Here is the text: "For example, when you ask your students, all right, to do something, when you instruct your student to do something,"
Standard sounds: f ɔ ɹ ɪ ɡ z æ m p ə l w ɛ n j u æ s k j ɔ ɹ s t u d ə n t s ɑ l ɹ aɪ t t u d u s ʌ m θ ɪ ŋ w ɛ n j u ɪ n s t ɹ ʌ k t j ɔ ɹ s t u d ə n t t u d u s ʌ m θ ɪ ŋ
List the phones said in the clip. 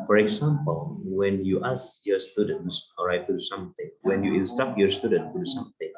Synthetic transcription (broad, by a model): f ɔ ɹ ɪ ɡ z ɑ m p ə l w ɛ n j u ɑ s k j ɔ s t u d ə n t s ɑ ɹ aɪ t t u d u s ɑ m t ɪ ŋ w ɛ n j u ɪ n s t ɑ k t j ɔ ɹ s t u d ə n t t u d u s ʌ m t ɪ ŋ